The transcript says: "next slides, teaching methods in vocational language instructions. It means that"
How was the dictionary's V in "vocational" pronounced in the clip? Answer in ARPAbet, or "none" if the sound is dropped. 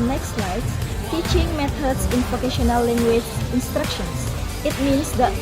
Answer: P